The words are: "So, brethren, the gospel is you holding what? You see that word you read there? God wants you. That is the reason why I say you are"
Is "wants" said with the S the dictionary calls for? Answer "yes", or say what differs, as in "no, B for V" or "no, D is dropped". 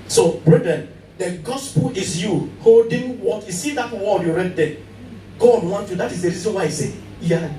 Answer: no, S is dropped